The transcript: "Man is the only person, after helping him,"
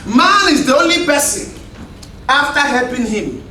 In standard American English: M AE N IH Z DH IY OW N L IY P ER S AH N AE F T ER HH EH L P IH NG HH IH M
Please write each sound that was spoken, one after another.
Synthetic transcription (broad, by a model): M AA N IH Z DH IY OW N L IY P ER S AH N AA F T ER HH EH L P IH NG HH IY M